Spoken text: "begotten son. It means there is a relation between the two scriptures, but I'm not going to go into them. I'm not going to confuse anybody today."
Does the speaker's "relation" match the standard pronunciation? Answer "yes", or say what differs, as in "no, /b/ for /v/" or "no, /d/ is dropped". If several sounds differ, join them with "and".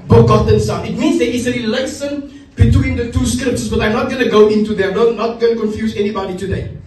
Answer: no, /s/ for /ʃ/